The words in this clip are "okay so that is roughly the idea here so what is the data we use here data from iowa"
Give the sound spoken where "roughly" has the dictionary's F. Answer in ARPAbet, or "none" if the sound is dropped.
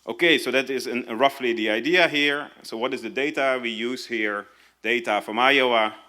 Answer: F